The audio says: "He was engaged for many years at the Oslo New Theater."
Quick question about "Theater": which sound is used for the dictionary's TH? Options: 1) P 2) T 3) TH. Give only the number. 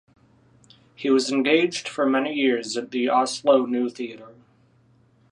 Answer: 3